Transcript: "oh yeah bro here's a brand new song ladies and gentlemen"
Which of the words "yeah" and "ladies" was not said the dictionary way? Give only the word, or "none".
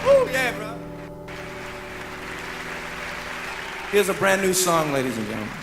none